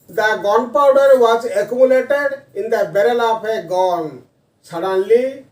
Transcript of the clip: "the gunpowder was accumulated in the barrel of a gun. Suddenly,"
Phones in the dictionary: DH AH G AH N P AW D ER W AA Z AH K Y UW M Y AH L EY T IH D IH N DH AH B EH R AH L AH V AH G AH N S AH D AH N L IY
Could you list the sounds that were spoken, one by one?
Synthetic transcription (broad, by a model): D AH G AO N P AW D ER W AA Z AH K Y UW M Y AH L EY T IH D IH N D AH B EH R AH L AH P AH G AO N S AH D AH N L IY